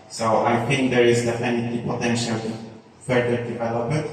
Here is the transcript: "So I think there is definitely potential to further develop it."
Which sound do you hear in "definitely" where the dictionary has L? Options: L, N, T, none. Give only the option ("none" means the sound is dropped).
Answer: none